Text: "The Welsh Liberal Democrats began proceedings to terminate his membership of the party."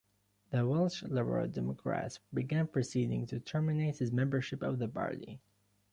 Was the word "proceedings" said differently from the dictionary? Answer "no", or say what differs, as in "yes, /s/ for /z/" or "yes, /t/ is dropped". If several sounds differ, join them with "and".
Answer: yes, /z/ is dropped